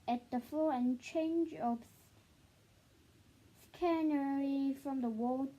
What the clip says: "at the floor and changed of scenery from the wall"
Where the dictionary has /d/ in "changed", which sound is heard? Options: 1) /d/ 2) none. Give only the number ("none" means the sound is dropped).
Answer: 2